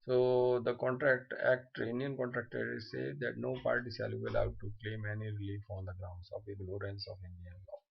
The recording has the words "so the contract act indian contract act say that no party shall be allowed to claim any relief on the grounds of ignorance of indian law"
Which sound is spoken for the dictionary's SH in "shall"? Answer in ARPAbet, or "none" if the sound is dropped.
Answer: S